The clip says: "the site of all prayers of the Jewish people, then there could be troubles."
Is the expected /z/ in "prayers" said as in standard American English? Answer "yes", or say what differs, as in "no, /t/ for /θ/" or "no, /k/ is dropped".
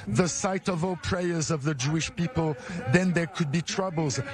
yes